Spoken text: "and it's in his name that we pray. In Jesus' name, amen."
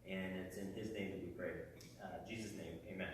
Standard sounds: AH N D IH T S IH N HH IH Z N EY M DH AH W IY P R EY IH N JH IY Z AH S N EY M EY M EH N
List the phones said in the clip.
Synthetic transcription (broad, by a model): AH N IH T S IH N IH Z N EY M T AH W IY P R EY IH JH IY Z AH S N EY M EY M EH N